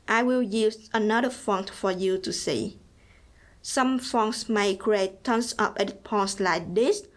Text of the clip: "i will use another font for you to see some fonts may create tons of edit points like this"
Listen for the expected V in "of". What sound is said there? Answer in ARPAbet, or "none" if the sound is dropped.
P